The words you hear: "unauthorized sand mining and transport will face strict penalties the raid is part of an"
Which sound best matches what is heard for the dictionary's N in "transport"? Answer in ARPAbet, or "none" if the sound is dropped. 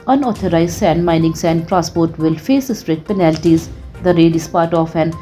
none